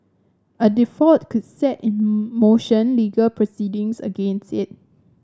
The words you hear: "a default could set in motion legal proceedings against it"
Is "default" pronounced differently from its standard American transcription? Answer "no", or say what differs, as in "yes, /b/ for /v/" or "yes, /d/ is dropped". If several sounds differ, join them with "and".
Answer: yes, /l/ is dropped